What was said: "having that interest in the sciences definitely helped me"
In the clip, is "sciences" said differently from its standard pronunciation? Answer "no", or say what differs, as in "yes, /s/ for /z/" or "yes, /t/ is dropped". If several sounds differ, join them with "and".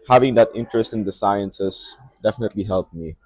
yes, /s/ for /z/